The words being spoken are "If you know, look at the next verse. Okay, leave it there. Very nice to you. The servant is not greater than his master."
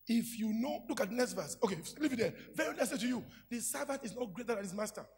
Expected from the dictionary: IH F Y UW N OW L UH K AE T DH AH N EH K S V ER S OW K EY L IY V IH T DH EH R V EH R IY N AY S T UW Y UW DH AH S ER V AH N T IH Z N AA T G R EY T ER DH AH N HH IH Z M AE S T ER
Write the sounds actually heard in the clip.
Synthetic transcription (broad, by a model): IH F Y UW N OW L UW K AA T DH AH N EH K S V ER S OW K EY L IY V IH T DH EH V EH R IY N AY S T UW Y UW DH AH S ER V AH N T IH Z N AA T G R EY T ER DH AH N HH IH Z M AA S T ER